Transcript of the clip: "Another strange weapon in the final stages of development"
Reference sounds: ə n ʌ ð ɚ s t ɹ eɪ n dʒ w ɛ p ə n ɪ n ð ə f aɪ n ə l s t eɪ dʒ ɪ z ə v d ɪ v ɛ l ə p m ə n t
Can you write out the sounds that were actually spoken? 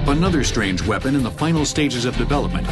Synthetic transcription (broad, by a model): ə n ʌ ð ɚ s t ɹ eɪ n dʒ w ɛ p ə n ɪ n ð ə f aɪ n l s t eɪ dʒ ɪ z ə v d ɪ v ɛ l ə p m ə n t